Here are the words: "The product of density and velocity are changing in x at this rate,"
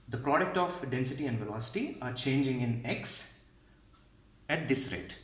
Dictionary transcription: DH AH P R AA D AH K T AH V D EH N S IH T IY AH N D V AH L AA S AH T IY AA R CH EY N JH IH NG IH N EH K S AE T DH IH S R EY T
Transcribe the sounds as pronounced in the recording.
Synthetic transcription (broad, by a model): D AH P R AA D AH K T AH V D EH N S IH T IY AH N D V AH L AA S AH T IY AA R CH EY N JH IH NG IH N EH K S AE T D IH S R EY T